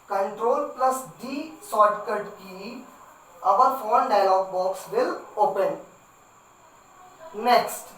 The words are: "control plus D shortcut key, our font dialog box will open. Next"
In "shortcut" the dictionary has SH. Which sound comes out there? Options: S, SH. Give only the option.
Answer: S